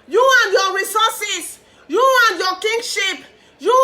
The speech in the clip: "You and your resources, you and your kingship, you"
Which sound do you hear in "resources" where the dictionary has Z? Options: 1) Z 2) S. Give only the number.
2